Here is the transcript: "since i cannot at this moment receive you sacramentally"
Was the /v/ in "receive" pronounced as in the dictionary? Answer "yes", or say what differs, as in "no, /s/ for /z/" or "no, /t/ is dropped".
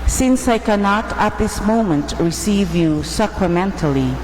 yes